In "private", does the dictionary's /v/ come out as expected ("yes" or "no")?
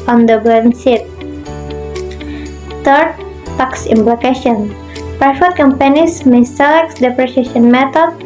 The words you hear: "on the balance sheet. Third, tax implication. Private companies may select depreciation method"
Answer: no